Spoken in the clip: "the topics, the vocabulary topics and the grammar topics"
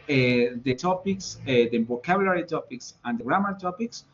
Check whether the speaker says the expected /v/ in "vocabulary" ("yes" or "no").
no